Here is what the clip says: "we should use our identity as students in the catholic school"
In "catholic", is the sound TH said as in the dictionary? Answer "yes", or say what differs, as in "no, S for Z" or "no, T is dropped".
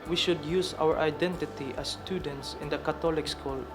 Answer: no, T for TH